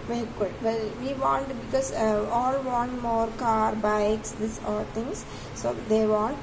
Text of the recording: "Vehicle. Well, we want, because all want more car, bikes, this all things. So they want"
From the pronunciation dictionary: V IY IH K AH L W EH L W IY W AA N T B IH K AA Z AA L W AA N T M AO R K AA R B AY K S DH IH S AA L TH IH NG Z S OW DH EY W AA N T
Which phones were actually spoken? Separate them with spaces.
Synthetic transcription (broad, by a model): V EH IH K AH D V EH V IY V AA N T B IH K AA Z AA L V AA N T M AO R K AA R B AY K S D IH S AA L T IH NG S S OW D EY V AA N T